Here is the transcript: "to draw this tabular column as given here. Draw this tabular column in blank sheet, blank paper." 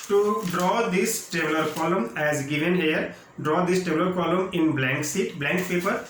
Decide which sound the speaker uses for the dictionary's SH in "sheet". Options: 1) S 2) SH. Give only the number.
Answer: 1